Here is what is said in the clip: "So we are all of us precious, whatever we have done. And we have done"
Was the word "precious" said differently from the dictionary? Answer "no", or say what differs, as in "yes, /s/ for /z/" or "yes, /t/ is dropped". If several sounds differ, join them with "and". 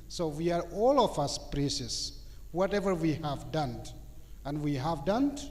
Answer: yes, /s/ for /ʃ/